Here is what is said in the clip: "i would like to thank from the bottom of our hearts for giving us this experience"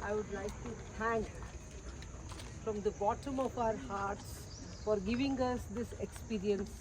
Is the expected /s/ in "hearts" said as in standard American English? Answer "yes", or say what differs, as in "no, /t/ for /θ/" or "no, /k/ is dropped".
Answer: yes